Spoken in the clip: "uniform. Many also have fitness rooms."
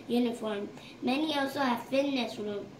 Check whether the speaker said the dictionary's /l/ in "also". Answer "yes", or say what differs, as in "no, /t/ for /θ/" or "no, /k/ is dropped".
no, /w/ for /l/